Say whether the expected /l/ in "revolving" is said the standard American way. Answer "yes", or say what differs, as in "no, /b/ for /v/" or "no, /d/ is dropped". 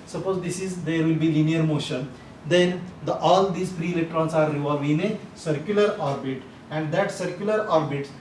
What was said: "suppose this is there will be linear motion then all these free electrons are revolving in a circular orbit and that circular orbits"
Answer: no, /l/ is dropped